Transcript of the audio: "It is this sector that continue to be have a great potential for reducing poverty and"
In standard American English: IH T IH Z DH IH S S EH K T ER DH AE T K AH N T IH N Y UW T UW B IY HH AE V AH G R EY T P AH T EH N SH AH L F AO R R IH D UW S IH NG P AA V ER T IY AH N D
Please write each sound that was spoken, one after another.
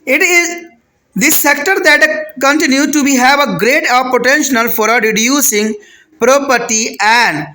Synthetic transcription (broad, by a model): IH T IH Z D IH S S EH K T ER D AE T K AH N T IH N Y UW T UW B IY HH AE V AH G R EY T P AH T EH N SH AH L F AO R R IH D UW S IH NG P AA P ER T IY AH N D